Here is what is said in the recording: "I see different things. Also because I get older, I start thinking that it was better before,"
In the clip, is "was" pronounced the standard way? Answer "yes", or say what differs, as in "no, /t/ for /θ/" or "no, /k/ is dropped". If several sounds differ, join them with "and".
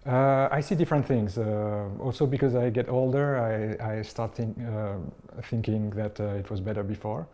yes